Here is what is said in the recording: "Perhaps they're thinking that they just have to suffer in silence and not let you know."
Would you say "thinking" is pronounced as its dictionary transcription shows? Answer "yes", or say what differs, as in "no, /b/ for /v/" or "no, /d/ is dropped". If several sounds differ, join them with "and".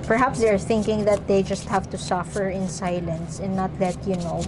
yes